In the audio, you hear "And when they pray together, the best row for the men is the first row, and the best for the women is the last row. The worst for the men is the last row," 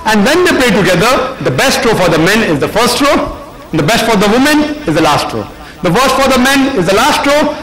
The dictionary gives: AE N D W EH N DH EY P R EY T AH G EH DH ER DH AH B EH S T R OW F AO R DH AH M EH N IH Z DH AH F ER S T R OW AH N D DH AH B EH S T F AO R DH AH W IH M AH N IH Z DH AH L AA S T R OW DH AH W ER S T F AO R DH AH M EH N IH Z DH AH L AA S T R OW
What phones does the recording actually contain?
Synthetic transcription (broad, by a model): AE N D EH N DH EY P L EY T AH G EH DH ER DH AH B EH S T R OW F AO R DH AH M EH N IH Z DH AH F ER S T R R AH N D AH B EH S T F AO R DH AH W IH M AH N IH Z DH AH L AA S T R OW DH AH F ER S T F AO R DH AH M EH N IH Z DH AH L AA S T R OW